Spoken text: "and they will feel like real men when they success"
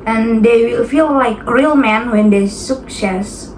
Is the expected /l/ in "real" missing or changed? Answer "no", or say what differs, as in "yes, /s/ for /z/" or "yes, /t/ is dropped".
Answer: no